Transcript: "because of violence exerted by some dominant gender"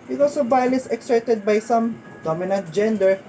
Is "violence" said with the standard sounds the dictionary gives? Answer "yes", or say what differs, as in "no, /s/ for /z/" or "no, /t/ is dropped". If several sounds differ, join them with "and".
no, /n/ is dropped